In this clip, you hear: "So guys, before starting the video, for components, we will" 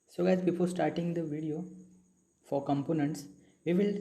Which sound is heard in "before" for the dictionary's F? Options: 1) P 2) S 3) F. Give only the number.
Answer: 1